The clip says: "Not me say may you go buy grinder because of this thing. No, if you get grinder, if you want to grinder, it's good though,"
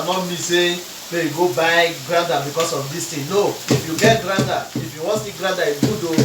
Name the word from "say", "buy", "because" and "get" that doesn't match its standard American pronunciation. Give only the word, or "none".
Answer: because